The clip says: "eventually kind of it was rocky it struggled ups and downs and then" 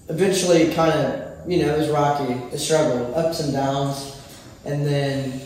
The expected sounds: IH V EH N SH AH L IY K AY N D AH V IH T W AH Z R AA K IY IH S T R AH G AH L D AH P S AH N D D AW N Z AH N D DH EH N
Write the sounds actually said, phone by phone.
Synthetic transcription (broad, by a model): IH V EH N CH L IY K AY N D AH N IH T W AH Z R AA K IY IH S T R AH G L AH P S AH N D D AW N Z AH N DH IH N